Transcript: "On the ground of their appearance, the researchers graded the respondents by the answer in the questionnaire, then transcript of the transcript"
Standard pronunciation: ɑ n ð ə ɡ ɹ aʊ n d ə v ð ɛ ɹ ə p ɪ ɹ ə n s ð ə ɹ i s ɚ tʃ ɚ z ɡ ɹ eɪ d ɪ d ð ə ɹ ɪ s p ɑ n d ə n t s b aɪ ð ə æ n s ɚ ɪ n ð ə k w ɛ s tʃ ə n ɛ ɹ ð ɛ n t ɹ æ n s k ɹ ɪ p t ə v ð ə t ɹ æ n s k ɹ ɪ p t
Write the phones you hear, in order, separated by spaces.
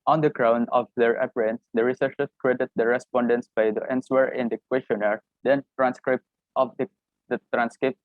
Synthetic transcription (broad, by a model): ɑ n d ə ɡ ɹ aʊ n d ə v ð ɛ ɹ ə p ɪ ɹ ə n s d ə ɹ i s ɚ ʃ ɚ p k ɹ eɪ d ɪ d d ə ɹ ɪ s p ɑ n d ə n t s b aɪ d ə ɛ n s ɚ ɪ n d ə k w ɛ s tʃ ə n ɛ ɹ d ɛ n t ɹ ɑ n s k ɹ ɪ p t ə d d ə t ɹ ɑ n s k ɹ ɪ p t